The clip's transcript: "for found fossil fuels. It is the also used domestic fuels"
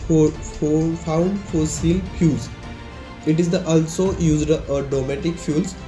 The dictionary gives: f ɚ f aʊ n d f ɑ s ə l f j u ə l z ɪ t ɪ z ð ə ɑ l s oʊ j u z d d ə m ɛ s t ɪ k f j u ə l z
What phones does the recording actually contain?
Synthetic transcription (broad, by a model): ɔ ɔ f aʊ n d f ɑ s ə l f j u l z ɪ t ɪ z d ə ɑ l s oʊ j u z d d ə m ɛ t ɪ k f j u l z